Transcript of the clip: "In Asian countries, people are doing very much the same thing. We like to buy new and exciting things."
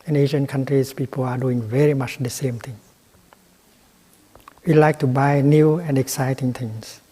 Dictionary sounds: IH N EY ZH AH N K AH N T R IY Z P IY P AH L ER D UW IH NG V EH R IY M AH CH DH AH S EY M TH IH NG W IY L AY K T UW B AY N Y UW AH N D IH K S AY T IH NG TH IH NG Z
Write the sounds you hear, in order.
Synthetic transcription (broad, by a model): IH N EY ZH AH N K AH N T R IY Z P IY P AH L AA D UW IH NG V EH R IY M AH CH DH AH S EY M T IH NG W IY L AY K T UW B AY N Y UW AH N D IH K S AY T IH NG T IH NG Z